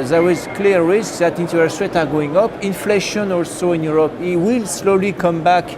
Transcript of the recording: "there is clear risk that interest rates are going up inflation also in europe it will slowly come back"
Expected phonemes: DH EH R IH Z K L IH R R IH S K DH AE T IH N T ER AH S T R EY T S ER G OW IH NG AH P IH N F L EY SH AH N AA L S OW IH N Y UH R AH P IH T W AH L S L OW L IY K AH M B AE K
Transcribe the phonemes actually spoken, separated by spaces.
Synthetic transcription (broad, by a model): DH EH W IH Z K L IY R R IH S K DH AE T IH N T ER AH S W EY T ER G OW IH NG AH P IH N F L EY SH AH N AA L S OW IH N Y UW R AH P IH T W AH L S L OW L IY K AH M B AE K